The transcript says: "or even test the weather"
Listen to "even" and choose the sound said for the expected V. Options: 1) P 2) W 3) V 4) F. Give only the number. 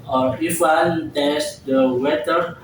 2